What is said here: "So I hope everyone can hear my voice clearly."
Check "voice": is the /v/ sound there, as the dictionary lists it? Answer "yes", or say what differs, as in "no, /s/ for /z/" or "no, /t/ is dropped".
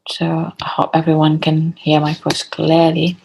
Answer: no, /f/ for /v/